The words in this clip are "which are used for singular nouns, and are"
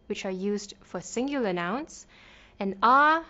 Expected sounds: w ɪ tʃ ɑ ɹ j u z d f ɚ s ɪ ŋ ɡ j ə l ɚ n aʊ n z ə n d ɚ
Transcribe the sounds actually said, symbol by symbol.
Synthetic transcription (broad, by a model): w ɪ tʃ ɑ ɹ j u z d f ɚ s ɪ ŋ ɡ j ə ɚ n aʊ n s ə n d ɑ